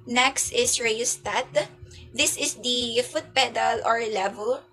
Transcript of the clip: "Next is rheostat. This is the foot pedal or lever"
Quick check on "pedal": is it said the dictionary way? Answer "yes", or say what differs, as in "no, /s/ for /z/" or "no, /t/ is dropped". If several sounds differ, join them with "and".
yes